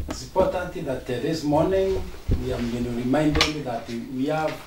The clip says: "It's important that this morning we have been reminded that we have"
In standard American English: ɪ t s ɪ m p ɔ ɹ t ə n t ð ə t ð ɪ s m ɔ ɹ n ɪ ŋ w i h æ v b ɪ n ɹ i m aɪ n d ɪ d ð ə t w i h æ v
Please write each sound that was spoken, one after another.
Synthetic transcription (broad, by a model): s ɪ p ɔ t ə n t ð ə t ð ɪ s m ɔ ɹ n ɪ ŋ w i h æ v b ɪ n ɹ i m aɪ n d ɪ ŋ ð ə t w i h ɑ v